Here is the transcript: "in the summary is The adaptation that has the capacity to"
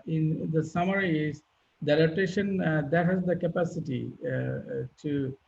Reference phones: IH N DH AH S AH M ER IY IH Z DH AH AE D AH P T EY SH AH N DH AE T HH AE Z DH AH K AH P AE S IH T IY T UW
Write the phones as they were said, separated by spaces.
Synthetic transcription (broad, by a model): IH N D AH S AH M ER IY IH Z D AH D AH T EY SH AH N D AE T HH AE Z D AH K AH P AE S IH T IY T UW